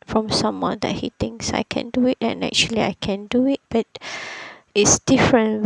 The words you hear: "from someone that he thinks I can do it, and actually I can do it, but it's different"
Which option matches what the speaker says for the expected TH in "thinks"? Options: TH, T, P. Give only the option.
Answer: T